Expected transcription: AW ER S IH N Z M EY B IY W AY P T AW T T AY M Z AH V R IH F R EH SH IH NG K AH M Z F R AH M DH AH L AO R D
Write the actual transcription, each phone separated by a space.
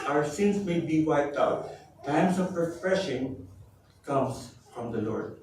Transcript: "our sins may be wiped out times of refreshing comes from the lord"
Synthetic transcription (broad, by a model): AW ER S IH N S M EY B IY W AY P T AW T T AY M S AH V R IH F R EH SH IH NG K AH M S F R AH M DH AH L AO R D